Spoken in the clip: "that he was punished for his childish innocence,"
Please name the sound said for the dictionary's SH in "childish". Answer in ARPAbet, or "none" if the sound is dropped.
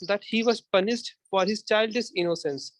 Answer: S